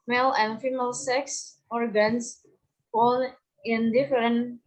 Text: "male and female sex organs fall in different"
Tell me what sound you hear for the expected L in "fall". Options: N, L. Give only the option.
N